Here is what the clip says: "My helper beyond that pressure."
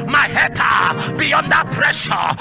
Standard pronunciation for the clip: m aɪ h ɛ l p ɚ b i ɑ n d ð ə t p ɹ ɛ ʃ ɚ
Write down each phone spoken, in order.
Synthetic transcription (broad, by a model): m aɪ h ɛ p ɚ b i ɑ n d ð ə t p ɹ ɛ ʃ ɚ